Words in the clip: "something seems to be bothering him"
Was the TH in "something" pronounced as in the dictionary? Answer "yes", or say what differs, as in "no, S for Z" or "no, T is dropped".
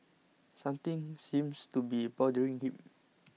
no, T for TH